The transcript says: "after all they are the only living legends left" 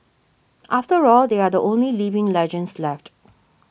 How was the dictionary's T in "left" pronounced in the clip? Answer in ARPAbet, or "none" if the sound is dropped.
T